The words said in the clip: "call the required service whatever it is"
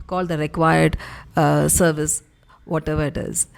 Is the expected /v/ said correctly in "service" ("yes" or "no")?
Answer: yes